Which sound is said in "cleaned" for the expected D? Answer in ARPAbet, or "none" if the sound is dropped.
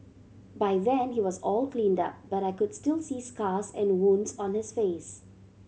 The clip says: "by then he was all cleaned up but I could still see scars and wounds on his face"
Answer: D